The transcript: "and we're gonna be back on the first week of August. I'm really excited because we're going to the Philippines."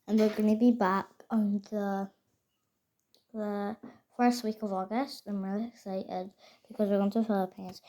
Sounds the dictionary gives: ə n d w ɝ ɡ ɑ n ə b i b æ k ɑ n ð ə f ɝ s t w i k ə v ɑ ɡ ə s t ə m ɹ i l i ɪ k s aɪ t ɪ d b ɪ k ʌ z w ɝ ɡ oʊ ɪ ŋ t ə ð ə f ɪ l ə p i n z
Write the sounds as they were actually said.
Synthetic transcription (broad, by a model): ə n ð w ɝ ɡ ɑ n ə b i b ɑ k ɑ n ð ə f ɝ s t w i k ə v ɑ ɡ ə s t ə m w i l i ɪ k s aɪ t ɪ d b ɪ k ʌ z w ɝ ɡ oʊ ɪ ŋ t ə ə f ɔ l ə p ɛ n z